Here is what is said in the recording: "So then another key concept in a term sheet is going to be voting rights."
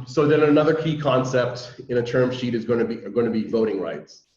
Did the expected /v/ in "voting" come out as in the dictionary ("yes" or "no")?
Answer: yes